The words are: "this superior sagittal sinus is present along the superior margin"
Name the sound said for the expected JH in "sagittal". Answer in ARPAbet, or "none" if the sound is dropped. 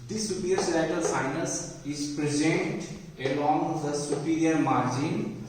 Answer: none